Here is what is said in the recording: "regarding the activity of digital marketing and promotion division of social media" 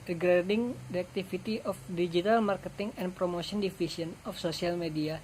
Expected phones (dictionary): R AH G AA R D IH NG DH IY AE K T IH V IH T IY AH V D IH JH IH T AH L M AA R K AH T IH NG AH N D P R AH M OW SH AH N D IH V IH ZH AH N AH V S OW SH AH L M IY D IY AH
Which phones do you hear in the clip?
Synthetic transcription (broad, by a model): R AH G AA D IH NG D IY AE K T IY F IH T IY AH F D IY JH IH T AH L M AA R K AH T IH NG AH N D P R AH M OW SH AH N D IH F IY S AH N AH F S OW S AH L M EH D IY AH